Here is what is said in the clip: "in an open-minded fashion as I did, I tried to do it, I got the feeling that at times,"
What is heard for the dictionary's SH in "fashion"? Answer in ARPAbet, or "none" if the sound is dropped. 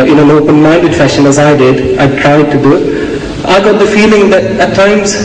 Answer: SH